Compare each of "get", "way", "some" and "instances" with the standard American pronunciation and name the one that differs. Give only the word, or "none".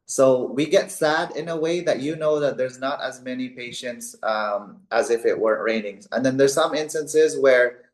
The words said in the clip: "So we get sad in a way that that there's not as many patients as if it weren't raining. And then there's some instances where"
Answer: none